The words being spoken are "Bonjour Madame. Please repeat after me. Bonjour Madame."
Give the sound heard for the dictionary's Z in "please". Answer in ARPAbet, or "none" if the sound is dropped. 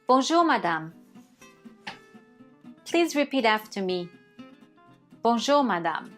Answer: Z